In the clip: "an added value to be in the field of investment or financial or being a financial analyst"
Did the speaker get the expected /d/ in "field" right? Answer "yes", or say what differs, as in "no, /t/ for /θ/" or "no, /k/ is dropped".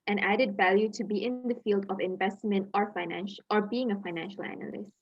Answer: yes